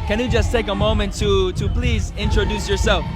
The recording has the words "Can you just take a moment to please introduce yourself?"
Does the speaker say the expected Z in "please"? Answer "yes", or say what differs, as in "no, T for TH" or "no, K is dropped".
yes